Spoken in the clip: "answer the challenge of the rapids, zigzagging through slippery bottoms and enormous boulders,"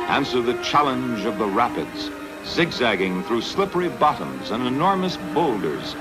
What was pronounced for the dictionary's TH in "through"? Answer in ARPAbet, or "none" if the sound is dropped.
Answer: TH